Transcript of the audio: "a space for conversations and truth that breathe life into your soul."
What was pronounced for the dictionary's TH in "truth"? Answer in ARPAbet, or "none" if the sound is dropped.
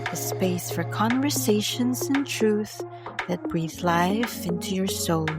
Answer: TH